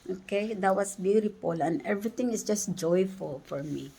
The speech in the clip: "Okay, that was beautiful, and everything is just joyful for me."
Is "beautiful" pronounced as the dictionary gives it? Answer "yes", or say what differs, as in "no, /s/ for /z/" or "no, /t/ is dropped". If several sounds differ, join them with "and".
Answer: no, /p/ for /f/